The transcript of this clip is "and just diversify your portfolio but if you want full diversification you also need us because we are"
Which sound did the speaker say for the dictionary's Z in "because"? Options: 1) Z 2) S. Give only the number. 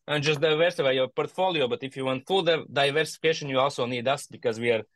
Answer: 1